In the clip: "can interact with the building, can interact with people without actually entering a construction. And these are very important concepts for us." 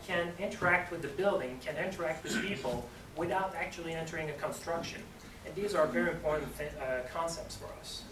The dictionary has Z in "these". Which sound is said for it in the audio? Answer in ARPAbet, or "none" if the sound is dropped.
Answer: Z